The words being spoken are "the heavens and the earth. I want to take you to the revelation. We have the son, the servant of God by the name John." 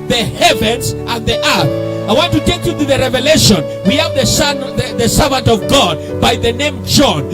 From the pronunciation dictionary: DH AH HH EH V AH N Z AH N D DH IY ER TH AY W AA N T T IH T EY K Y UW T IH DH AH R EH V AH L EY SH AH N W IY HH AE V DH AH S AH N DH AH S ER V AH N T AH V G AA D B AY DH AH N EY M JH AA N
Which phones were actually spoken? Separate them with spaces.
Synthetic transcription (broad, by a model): DH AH HH EH V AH N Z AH N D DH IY ER TH AY W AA N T T IH T EY K Y UW T IH DH AH R EH V AH L EY SH AH N W IY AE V DH AH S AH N DH AH S ER V AH N T AH V G AA D B AY DH AH N EY M JH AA N